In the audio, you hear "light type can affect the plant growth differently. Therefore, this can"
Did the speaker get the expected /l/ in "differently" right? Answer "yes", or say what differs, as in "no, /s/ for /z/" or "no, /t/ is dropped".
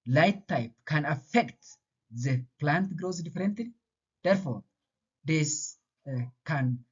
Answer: no, /l/ is dropped